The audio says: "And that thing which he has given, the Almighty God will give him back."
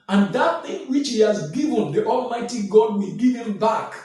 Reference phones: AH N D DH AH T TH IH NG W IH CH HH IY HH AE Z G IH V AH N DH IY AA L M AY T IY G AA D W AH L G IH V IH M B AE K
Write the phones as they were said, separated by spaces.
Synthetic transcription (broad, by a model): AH N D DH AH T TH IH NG W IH CH HH IY HH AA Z G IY V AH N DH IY AA L M AY T IY G AA D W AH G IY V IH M B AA K